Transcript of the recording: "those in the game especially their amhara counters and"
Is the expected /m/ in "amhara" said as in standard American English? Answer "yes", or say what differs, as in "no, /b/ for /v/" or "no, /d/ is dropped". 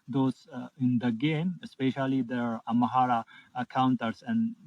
no, /m/ is dropped